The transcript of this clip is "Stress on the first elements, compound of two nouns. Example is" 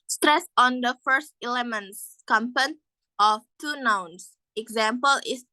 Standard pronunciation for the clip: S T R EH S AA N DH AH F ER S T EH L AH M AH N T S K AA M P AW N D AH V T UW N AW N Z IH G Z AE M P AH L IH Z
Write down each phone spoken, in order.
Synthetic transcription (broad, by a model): S T R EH S AA N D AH F ER S T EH L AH M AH N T S K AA M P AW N AH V T UW N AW N S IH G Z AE M P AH L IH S